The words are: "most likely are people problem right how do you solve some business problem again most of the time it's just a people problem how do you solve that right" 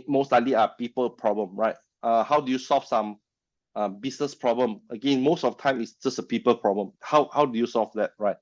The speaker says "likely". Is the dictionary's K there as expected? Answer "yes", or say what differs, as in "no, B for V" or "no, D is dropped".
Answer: no, K is dropped